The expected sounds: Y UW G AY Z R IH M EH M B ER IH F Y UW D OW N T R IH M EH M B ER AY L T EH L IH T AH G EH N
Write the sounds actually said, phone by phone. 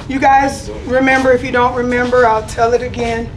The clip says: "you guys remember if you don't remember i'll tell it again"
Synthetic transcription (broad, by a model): Y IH G AY Z R IH M EH M B ER IH F Y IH D OW N T R IH M EH M B ER AY L T EH L IH T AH G EH N